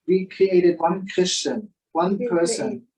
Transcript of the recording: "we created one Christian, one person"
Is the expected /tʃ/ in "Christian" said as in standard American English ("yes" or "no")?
yes